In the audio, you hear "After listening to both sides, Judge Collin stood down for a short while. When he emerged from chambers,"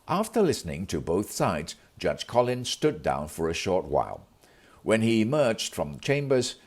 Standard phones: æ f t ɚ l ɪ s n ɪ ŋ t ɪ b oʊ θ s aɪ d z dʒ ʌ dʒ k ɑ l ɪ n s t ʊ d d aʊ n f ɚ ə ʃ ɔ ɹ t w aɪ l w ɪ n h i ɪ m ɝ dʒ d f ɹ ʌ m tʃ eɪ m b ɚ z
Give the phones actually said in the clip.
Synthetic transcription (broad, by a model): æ f t ɚ l ɪ s n ɪ ŋ t ɪ b oʊ θ s aɪ d z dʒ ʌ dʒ k ɑ l ɪ n s t ʊ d d aʊ n f ɚ ə ʃ ɔ ɹ t w aɪ l w ɪ n i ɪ m ɝ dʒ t f ɹ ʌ m tʃ eɪ m b ɚ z